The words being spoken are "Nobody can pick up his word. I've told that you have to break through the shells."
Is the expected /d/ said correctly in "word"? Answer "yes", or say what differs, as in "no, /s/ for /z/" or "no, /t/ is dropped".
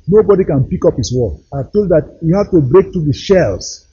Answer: no, /d/ is dropped